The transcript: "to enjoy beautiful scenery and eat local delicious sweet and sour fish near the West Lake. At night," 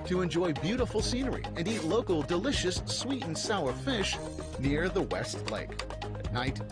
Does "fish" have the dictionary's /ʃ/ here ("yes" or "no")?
yes